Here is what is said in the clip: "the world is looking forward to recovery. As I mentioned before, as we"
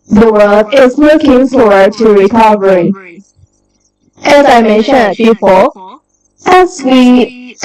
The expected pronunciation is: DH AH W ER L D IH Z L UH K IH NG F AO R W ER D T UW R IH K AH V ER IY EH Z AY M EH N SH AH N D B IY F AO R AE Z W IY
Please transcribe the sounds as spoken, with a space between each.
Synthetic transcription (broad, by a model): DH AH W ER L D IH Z L UH K IH NG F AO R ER T UW R IH K AH V ER IY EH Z AY M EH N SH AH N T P IY P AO L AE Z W IY